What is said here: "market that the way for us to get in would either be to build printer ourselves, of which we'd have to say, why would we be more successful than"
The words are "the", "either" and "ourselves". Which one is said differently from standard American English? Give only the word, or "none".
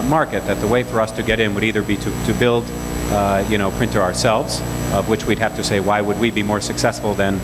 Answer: none